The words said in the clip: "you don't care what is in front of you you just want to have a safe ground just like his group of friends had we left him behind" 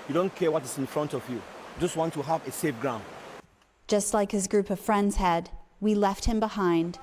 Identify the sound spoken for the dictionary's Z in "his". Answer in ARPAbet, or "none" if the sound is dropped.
Z